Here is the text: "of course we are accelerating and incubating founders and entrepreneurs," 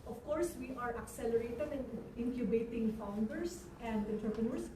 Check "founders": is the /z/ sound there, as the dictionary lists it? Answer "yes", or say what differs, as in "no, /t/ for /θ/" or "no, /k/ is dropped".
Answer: no, /s/ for /z/